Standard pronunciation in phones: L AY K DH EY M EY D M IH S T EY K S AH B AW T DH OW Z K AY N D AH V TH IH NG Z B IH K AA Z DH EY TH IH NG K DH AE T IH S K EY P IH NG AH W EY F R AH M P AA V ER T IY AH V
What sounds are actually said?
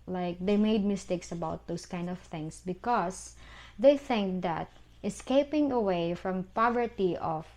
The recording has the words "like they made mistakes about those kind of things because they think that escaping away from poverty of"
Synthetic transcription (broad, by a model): L AY K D EY M EY D M IH S T EY K S AH B AW T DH OW S K AY N D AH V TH IH NG S B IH K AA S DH EY TH IH NG K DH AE T IH S K EY P IH NG AH W EY F R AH M P AA V ER T IY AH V